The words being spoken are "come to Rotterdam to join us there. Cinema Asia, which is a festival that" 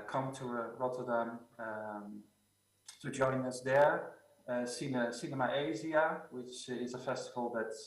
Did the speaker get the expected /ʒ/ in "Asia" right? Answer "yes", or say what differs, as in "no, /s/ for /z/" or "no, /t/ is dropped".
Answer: no, /z/ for /ʒ/